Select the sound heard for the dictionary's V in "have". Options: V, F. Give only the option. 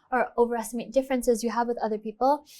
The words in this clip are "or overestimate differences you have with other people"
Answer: V